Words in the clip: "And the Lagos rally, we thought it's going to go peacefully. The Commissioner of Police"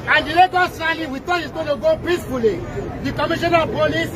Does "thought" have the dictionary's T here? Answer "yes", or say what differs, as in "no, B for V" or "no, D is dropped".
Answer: no, T is dropped